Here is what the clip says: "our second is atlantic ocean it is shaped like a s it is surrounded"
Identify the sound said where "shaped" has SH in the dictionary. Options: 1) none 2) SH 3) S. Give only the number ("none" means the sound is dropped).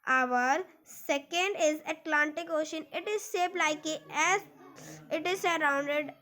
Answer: 3